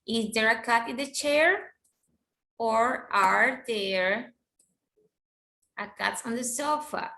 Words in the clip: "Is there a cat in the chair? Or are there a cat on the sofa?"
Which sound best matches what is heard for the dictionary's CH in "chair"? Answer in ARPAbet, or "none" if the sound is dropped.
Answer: CH